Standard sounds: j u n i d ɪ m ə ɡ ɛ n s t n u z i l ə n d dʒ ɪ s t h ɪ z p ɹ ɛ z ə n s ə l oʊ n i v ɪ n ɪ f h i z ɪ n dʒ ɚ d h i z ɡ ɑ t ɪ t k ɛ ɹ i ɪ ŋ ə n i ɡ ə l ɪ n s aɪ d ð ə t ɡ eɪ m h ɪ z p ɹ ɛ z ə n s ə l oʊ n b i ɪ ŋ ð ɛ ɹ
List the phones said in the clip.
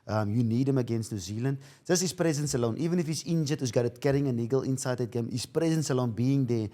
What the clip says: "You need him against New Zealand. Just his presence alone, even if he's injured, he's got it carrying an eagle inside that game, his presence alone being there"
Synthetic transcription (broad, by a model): j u n i d ɪ m ə ɡ ɛ n s t n u z i l ə n d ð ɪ s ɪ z p ɹ ɛ z ə n s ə l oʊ n i v ɪ n ɪ f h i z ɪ n dʒ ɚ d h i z ɡ ɑ t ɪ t k ɛ ɹ i ɪ ŋ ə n i ɡ ə l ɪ n s aɪ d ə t ɡ eɪ m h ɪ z p ɹ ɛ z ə n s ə l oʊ n b i ɪ ŋ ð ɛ